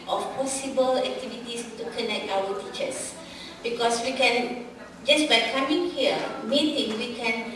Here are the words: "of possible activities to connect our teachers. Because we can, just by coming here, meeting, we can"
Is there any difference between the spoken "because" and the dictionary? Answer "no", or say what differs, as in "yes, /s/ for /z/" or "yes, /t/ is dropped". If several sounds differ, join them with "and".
yes, /s/ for /z/